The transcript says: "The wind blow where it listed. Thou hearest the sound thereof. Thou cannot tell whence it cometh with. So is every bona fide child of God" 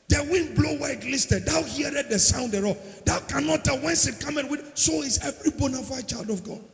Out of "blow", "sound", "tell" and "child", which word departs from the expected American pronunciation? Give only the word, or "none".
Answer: none